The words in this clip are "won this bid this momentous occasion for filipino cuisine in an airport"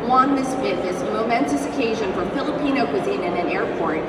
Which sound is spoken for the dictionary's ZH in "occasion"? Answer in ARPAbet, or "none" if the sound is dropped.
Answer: ZH